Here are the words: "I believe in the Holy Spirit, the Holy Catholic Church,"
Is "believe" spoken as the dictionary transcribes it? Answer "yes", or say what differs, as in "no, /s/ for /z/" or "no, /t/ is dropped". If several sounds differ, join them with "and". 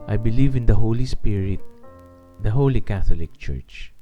yes